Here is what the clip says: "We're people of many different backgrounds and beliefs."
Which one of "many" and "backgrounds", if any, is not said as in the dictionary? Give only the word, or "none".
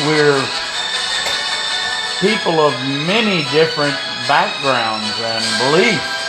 none